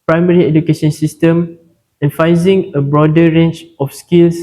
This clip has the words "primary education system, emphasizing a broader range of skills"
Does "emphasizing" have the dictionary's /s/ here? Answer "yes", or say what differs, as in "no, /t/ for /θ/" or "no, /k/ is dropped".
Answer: no, /s/ is dropped